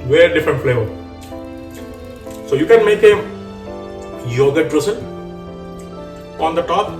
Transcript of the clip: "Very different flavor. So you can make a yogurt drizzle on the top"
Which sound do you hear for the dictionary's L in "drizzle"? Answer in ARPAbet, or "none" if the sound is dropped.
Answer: N